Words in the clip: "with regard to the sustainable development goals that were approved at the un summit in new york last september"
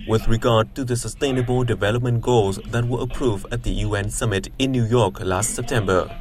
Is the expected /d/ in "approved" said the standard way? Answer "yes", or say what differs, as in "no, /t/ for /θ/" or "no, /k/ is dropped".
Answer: no, /d/ is dropped